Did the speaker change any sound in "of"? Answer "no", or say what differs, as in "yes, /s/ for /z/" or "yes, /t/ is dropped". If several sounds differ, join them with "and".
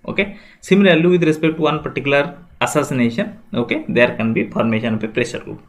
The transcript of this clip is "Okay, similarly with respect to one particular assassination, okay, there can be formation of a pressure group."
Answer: yes, /p/ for /v/